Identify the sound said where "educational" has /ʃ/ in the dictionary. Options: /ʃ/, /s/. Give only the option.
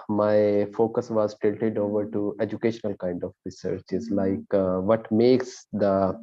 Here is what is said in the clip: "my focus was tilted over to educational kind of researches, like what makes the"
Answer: /ʃ/